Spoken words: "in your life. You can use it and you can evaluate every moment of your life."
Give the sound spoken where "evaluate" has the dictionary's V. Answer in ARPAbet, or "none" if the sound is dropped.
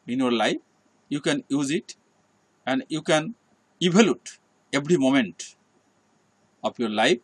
B